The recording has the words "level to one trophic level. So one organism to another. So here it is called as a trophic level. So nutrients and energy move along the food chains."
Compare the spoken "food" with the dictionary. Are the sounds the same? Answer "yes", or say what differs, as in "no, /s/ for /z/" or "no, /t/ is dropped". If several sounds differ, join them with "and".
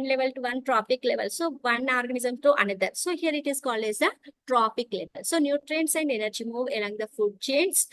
yes